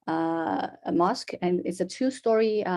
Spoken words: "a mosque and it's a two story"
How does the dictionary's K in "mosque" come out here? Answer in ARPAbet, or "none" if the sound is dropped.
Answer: K